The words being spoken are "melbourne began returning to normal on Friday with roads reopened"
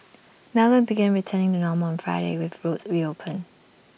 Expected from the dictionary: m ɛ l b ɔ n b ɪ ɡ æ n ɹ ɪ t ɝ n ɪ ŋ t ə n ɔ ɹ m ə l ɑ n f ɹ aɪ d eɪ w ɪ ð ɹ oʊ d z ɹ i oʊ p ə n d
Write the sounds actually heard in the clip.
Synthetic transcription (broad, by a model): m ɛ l ʌ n b ɪ ɡ æ n ɹ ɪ t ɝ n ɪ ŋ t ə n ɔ m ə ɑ n f ɹ aɪ d eɪ w ɪ ð ɹ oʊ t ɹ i oʊ p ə n